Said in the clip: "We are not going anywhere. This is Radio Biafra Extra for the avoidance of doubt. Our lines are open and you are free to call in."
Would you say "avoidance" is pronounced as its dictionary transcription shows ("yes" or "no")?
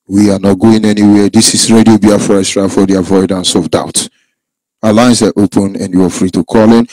yes